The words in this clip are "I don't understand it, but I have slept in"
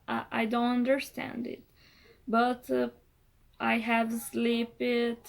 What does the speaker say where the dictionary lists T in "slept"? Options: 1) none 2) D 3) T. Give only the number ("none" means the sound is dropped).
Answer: 1